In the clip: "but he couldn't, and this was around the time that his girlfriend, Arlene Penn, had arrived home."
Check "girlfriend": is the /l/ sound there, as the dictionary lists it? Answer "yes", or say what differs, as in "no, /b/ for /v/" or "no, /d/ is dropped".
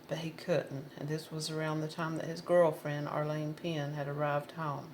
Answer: yes